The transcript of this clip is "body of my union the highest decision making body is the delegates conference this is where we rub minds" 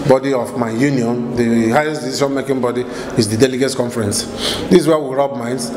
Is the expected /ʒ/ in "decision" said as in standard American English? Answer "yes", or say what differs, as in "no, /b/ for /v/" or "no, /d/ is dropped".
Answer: no, /ʃ/ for /ʒ/